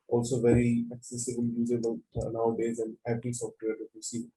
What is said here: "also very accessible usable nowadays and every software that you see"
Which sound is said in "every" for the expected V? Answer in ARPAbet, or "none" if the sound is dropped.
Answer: B